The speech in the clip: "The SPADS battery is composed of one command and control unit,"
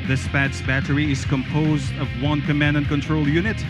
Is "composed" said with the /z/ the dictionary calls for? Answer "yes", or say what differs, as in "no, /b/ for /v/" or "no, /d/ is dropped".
yes